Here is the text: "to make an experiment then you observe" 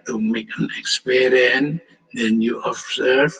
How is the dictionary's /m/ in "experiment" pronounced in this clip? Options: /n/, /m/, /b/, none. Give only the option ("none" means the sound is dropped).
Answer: none